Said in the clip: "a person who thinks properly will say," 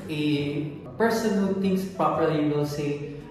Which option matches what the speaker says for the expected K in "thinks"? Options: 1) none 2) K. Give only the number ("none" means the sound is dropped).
1